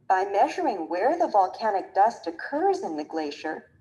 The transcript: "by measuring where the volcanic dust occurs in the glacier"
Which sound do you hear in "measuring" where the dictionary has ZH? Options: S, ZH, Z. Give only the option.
ZH